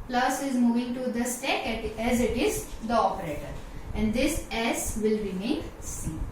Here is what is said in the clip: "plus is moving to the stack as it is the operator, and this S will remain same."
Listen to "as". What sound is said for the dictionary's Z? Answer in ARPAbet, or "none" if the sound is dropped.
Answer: Z